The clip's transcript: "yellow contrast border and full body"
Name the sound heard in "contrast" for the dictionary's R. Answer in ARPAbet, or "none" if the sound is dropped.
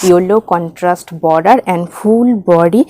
R